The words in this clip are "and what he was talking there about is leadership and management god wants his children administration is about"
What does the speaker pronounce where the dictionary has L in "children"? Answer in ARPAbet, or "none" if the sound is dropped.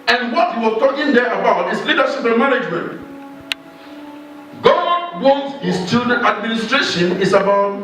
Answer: none